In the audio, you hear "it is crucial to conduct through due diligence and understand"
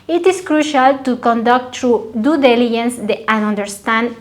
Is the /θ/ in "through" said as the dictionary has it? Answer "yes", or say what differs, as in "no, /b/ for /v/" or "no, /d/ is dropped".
no, /t/ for /θ/